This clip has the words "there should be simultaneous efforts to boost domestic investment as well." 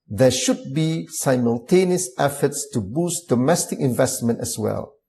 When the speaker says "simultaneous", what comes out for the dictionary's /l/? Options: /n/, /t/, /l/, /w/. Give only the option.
/l/